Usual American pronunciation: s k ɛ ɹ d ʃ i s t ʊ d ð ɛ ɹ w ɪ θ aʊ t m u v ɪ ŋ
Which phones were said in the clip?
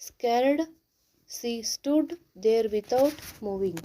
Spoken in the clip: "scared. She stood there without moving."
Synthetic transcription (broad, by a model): s k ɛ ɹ d s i s t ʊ d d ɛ ɹ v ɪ t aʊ t m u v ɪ ŋ